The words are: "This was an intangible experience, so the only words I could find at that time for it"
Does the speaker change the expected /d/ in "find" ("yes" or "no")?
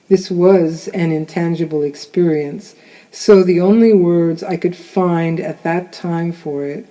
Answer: no